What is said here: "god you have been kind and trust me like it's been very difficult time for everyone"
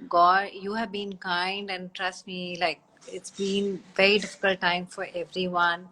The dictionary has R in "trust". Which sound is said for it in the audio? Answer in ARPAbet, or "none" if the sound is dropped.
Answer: R